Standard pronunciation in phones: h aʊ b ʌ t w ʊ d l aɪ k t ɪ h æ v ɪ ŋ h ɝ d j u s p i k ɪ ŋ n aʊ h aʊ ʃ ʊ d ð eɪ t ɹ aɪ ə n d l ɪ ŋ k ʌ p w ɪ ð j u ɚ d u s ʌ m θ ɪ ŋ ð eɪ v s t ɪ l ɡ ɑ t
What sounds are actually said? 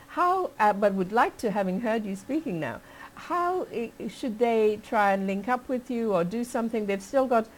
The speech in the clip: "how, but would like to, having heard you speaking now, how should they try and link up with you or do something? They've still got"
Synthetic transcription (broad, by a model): h aʊ b ʌ t w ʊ d l aɪ k t ɪ h æ v ɪ ŋ h ɝ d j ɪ s p i k ɪ ŋ n aʊ h aʊ ʃ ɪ d ð eɪ t ɹ aɪ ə n l ɪ ŋ k ʌ p w ɪ ð j u ɚ d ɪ s ʌ m θ ɪ ŋ ð eɪ v s t ɪ l ɡ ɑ t